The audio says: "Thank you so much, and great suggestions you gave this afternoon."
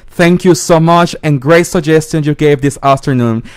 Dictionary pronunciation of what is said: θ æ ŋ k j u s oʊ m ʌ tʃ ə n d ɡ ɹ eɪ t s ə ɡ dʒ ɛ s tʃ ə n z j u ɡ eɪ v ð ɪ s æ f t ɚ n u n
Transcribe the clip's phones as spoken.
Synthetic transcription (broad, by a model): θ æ ŋ k j u s oʊ m ʌ tʃ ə n ɡ ɹ eɪ t s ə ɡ dʒ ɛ s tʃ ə n j u ɡ eɪ v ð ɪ s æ f t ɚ n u n